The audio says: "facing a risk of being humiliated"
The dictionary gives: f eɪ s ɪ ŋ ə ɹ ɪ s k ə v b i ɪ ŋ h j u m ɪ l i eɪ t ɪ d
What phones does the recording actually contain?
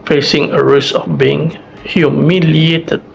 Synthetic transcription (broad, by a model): f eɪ s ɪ ŋ ə ɹ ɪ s ə f b i ɪ ŋ h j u m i l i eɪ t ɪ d